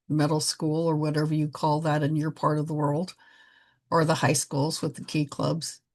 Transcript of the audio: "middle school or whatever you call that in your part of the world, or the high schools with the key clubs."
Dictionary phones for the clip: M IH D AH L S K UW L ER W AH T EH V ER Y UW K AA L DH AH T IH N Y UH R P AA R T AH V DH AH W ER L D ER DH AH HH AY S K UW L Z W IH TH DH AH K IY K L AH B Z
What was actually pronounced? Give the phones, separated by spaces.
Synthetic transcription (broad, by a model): M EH D L S K UW L ER W AH T EH V ER Y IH K AA L DH AH T IH N Y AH R P AA R T AH V DH AH W ER L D ER DH AH HH AY S K UW L Z W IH DH AH K IY K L AH B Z